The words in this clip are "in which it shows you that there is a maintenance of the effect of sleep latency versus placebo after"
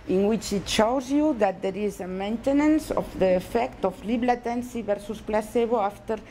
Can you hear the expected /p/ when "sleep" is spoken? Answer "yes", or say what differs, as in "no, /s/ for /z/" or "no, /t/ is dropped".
no, /b/ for /p/